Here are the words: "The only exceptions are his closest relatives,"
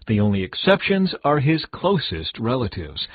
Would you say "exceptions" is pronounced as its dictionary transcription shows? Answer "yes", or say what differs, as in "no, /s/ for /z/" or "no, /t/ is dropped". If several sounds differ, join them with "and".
yes